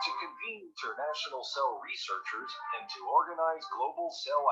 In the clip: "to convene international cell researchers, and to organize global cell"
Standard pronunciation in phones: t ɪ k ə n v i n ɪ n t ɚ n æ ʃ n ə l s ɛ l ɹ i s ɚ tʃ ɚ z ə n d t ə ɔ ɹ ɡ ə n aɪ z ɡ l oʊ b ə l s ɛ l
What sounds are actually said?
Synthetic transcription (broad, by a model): t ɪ k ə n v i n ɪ n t ɚ n æ ʃ n l s ɛ l ɹ i s ɚ tʃ ɚ z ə n t ə ɔ ɹ ɡ ə n aɪ z ɡ l oʊ b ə l s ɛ l